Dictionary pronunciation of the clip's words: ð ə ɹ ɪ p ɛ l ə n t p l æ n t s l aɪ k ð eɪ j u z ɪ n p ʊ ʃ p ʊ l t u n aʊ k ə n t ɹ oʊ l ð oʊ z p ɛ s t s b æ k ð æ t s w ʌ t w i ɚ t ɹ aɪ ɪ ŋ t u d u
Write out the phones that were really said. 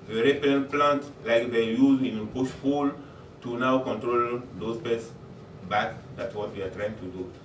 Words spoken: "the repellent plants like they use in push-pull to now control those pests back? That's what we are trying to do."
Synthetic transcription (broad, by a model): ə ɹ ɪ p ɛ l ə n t p l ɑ n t l aɪ k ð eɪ j u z ɪ n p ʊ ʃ f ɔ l t u n aʊ k ə n t ɹ oʊ l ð oʊ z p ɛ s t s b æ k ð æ t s w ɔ t w i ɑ t ɹ aɪ ɪ ŋ t u d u